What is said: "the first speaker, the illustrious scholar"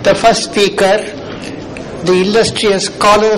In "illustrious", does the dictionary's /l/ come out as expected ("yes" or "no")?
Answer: no